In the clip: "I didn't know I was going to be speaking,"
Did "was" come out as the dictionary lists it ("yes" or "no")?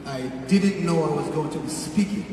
yes